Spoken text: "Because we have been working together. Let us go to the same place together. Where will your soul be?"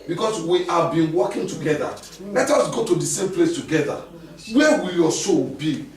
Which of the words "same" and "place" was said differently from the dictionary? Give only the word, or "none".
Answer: none